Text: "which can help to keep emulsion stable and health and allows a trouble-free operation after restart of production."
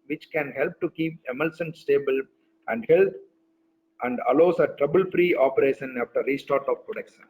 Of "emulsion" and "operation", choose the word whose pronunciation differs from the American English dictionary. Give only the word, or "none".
emulsion